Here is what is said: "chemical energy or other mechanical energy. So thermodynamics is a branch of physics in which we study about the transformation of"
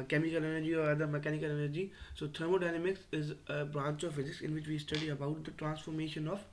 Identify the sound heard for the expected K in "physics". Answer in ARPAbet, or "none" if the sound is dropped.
K